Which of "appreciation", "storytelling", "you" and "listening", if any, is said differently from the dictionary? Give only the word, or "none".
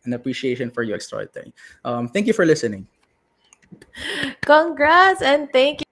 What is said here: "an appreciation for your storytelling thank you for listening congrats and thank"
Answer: storytelling